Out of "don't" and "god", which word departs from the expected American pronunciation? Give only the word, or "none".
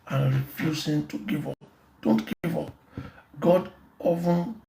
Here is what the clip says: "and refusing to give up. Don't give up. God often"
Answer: none